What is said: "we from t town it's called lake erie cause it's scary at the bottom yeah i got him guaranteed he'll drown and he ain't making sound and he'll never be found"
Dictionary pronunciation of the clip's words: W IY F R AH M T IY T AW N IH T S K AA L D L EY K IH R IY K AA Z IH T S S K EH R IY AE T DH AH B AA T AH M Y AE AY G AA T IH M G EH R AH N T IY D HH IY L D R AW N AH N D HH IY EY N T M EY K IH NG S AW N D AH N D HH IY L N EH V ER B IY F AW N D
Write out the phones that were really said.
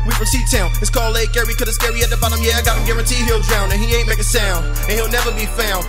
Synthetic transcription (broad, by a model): W IY P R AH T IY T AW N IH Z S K AA L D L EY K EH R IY K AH IH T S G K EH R IY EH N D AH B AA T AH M Y AE AY G AA T IH M G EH R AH N T IY HH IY L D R AW N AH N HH IY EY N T M EY K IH S AW N D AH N HH IY L N EH V ER B IY F AW N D